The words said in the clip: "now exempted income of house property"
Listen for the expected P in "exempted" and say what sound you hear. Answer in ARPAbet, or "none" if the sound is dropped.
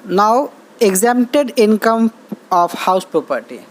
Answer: none